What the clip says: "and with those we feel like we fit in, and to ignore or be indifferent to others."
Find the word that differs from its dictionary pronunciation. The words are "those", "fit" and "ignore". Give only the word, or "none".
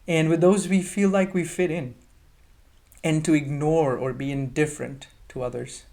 none